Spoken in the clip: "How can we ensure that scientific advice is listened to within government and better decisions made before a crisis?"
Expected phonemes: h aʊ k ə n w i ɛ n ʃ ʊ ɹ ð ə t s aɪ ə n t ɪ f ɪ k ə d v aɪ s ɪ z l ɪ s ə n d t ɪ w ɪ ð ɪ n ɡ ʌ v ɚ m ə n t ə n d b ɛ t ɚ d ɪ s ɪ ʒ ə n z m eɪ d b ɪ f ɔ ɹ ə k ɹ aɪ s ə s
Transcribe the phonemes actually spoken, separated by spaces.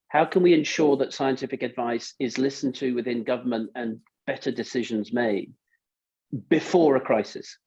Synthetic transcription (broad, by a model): h aʊ k ə n w i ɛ n ʃ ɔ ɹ ð ə t s aɪ ə n t ɪ f ɪ k ə d v aɪ s ɪ z l ɪ s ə n t ɪ w ɪ ð ɪ n ɡ ʌ v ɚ m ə n t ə n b ɛ t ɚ d ɪ s ɪ ʒ ə n z m eɪ d b ɪ f ɔ ɹ ə k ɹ aɪ s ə s